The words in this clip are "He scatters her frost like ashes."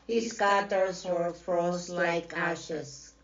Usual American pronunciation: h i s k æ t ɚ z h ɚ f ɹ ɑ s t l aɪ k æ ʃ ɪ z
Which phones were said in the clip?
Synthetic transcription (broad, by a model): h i s k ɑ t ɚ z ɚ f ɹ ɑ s l aɪ k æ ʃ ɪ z